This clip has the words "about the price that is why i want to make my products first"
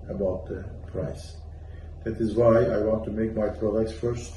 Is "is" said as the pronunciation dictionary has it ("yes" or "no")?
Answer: yes